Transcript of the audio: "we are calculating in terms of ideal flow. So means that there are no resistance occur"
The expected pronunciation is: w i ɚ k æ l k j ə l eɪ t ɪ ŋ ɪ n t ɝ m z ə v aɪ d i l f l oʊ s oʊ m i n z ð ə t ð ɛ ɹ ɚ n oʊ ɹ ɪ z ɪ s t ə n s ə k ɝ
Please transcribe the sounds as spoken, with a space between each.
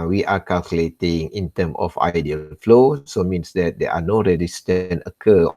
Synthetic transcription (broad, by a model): w i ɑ k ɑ l k j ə l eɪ t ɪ ŋ ɪ n t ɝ m ə f aɪ d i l f l oʊ s oʊ m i n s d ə t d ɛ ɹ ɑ n oʊ ɹ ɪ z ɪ s t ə n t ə k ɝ